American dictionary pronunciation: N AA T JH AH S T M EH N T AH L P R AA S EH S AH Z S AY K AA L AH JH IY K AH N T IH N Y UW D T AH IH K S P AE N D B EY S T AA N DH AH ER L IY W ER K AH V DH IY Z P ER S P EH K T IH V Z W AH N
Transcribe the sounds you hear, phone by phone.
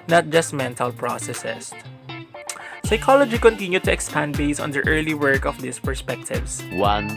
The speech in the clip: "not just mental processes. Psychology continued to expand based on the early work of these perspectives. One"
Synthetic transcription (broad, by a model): N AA T JH AH S T M EH N T AH L P R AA S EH S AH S S AY K AA L AH JH IY K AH N T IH N Y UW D T AH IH K S P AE N D B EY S AA N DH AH ER L IY W ER K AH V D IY S P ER S P EH K T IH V S W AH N